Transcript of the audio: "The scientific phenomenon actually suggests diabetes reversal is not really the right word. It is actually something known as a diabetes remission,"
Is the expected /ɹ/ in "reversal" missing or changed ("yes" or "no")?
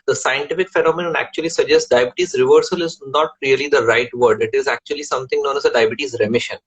no